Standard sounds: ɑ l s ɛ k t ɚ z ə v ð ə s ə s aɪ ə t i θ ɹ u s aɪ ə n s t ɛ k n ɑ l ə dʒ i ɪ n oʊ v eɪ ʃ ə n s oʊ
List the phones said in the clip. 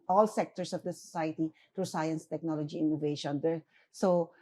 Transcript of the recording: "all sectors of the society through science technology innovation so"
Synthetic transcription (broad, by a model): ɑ l s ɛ k t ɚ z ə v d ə s ə s aɪ ə t i t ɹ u s aɪ ə n s t ɛ k n ɑ l ə dʒ i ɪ n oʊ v eɪ ʃ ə n s oʊ